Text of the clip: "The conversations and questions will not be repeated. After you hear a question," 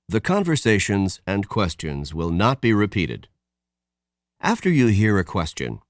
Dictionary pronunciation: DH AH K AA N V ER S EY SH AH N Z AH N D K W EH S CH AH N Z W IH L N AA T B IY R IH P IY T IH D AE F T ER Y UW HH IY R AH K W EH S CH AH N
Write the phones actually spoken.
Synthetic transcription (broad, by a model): DH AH K AA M V ER S EY SH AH N Z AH N K W EH S CH AH N Z W IH L N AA T B IY R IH P IY T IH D AE F T ER Y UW HH IY R AH K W EH S CH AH N